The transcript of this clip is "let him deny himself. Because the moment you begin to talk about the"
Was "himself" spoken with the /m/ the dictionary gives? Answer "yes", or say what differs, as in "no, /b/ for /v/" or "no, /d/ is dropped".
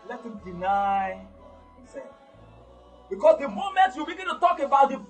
no, /m/ is dropped